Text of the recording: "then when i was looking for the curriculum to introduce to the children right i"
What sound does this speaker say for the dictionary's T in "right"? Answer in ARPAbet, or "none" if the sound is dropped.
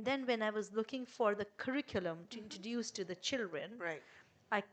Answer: none